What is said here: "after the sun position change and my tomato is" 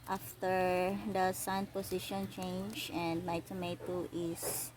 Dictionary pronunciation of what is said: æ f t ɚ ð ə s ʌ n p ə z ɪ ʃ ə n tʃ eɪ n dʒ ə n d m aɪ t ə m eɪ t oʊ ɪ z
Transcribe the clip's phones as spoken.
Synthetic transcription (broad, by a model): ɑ f t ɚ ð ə s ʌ n p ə s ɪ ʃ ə n tʃ eɪ n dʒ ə n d m aɪ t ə m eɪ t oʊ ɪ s